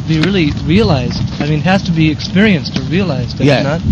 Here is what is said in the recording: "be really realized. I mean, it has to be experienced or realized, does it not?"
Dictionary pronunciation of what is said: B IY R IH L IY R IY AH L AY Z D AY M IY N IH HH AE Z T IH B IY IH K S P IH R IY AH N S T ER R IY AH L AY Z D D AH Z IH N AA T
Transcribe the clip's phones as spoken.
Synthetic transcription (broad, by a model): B IY R IH L IY R IY AH L AY Z D AY M IY N HH AE Z T IH B IY IH K S P IH R IY AH N S T ER R IY AH L AY Z D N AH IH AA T